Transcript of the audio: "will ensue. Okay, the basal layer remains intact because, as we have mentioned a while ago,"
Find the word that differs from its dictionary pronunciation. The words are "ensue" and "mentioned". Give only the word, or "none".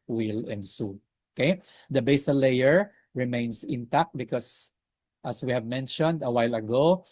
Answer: none